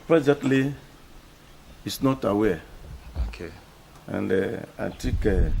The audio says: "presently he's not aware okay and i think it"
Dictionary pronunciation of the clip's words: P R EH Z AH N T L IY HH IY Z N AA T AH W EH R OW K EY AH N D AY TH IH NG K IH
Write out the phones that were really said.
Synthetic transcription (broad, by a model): P R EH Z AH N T L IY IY S N AA T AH W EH OW K EY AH N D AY T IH K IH